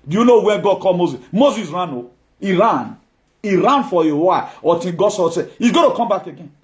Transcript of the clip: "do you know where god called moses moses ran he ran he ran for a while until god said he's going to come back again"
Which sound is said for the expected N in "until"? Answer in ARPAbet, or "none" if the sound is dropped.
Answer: none